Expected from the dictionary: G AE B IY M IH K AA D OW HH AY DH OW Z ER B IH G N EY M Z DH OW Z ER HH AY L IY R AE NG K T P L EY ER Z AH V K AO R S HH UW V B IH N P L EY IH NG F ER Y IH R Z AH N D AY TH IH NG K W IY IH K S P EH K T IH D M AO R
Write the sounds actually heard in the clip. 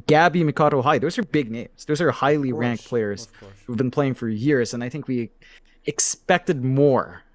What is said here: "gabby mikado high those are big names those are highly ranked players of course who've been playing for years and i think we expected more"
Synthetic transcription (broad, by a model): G AE B IY M IH K AA D OW HH AY DH OW Z ER B IH G N EY M Z DH OW Z ER HH AY L IY R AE NG K P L EY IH AH R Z HH UW V B IH N P L EY IH NG F ER Y IH R Z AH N AY TH IH NG K W IY IH K S P EH K T IH D M AO R